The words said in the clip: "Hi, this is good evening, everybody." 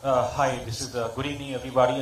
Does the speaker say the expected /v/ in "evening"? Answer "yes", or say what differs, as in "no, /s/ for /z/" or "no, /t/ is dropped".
no, /v/ is dropped